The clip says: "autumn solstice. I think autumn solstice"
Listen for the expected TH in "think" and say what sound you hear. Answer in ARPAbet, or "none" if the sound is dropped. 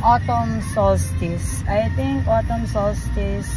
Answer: T